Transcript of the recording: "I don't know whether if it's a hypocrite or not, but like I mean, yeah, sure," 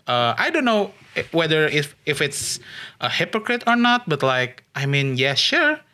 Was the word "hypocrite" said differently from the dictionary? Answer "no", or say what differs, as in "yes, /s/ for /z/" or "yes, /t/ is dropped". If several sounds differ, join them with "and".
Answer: no